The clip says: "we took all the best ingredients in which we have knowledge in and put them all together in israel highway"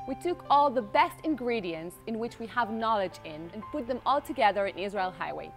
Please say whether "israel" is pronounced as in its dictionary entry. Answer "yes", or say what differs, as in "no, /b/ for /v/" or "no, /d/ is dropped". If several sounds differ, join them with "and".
yes